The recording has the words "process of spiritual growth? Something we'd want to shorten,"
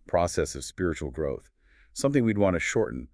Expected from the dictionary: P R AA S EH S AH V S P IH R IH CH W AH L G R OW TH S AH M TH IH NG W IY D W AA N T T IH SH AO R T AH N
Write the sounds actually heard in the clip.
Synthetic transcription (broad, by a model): P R AA S EH S AH V S P IH R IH CH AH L G R OW TH S AH M TH IH NG W IY D W AA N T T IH SH AO R T N